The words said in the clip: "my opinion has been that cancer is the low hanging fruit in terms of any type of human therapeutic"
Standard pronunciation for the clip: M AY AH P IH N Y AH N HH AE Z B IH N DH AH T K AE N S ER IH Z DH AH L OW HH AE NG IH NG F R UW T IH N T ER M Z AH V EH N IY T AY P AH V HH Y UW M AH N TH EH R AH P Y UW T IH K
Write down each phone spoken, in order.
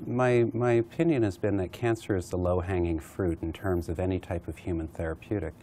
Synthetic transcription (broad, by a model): M AY AH P IH N Y AH N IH Z B IH N DH AH T K AE N S ER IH Z DH AH L OW HH AE NG IH NG F R UW T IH N T ER M Z AH V EH N IY T AY P AH V HH Y UW M AH N TH EH R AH P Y UW T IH K